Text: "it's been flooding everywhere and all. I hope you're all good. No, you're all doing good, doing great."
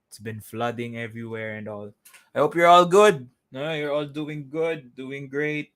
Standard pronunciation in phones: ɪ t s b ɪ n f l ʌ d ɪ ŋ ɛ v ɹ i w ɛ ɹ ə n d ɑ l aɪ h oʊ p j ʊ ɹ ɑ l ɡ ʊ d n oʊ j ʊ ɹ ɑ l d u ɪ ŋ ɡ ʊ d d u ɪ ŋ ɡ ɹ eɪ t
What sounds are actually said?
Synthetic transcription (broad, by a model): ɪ t s b ɪ n f l ʌ d ɪ ŋ ɛ v ɹ i w ɛ ɹ ə n d ɑ l aɪ h oʊ p j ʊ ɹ ɑ l ɡ ʊ d n oʊ j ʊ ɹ ɑ l d u ɪ ŋ ɡ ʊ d d u ɪ ŋ ɡ ɹ eɪ t